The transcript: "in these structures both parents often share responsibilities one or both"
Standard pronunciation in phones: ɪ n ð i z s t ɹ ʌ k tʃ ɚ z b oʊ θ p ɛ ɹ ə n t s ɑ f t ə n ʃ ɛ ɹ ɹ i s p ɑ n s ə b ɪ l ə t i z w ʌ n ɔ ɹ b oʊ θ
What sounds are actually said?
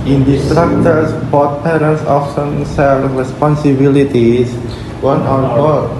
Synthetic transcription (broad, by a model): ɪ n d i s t ɹ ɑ k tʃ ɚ s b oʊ t p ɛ ɹ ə n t s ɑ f s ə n s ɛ l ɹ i s p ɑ n s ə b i l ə t i s w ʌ n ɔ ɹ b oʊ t